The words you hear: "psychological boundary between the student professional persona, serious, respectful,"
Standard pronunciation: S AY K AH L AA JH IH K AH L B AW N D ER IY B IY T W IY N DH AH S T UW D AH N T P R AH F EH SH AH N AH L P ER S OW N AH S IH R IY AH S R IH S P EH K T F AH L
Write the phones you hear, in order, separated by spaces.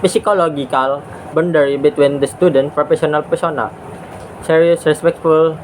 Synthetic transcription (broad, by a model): S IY K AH L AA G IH K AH L B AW N D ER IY B IY T W IY N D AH S T UW D AH N T P R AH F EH S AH N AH L P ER S OW N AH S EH R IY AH S R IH S P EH K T F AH L